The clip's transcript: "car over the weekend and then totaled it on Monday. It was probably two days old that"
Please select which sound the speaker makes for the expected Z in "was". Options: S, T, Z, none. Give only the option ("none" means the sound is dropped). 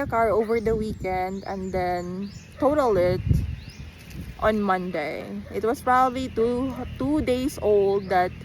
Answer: S